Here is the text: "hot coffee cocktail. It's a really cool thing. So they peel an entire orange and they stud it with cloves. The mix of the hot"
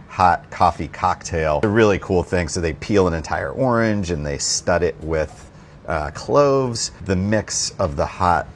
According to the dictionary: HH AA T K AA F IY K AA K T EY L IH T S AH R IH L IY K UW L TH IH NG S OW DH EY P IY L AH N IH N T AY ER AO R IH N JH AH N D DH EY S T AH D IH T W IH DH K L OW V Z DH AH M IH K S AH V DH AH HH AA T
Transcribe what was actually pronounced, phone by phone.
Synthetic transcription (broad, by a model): HH AA T K AA F IY K AA K T EY IH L AH R IH L IY K UW L TH IH NG S OW DH EY P IY L AH N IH N T AY ER AO R IH N JH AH N DH EY S T AH D IH T W IH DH K L OW V Z DH AH M IH K S AH V DH AH HH AA T